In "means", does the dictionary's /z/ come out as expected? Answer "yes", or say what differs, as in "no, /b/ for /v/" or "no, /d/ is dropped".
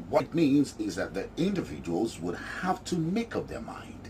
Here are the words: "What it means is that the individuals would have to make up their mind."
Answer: yes